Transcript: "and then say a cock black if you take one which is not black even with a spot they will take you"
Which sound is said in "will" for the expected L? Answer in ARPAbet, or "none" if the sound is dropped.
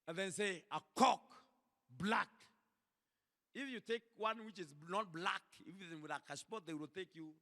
L